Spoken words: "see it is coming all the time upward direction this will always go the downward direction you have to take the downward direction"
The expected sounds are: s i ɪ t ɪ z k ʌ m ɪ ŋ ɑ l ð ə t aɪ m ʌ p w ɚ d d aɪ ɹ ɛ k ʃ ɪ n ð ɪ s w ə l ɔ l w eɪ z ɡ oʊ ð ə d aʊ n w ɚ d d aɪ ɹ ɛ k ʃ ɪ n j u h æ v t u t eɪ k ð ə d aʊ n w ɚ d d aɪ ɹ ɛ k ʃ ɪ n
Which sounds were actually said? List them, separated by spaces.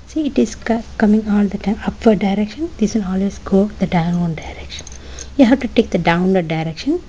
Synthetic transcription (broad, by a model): s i ɪ t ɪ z k ʌ m ɪ ŋ ɑ l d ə t aɪ m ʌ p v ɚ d d aɪ ɹ ɛ k ʃ ɪ n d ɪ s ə n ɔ l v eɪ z ɡ oʊ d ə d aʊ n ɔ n d aɪ ɹ ɛ k ʃ ɪ n j u h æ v t u t eɪ k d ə d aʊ n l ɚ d d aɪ ɹ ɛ k ʃ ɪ n